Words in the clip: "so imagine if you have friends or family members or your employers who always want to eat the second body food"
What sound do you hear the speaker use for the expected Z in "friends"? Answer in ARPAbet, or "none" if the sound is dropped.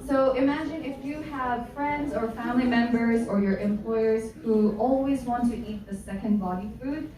Z